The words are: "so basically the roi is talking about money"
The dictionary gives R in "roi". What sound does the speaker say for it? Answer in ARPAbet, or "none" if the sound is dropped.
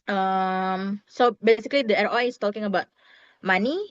R